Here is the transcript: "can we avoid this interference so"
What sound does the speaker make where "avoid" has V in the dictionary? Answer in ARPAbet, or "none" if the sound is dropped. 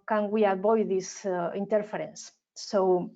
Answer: B